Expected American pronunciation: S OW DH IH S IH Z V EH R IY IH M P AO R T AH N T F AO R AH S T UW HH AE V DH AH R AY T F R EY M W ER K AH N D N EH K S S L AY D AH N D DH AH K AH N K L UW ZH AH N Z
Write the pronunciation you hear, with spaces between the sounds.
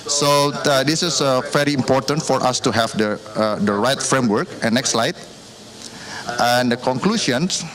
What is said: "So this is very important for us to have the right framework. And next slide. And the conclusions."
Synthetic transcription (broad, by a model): S OW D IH S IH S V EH R IY IH M P AO R T AH N T F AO R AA S T UW HH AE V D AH R AY T F R EY M W ER K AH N N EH K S S L AY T AH N D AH K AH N K L UW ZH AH N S